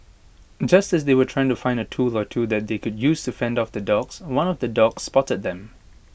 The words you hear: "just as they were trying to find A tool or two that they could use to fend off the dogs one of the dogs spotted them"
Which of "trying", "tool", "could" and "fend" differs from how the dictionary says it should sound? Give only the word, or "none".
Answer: none